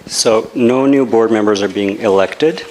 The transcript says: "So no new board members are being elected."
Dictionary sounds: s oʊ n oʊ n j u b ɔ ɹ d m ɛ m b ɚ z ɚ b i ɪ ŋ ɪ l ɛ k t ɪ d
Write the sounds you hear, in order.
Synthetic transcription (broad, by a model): s oʊ n oʊ n j u b ɔ ɹ d m ɛ m b ɚ z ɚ b i ɪ ŋ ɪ l ɛ k t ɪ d